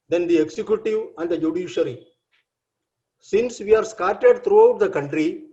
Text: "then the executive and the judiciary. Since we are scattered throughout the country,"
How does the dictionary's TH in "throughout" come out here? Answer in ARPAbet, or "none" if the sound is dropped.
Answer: T